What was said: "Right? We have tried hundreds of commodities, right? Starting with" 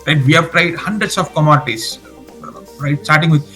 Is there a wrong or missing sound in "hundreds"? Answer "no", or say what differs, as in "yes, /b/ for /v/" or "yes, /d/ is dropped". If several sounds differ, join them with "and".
yes, /s/ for /z/